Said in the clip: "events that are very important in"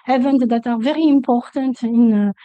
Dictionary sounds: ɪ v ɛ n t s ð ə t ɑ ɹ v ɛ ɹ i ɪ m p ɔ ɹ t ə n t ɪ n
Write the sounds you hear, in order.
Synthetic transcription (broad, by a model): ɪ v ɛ n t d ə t ɑ ɹ v ɛ ɹ i ɪ m p ɔ ɹ t ə n t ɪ n